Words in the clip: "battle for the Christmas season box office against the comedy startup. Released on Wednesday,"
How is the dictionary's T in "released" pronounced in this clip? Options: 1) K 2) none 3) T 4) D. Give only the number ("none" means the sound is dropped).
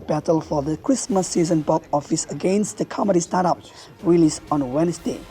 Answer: 2